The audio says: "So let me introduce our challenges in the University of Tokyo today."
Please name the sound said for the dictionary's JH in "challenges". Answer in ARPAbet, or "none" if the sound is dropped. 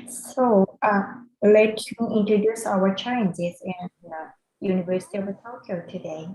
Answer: Z